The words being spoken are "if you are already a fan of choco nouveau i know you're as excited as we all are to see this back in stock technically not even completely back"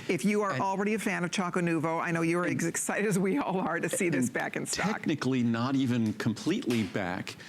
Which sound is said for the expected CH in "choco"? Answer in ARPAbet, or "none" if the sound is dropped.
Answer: CH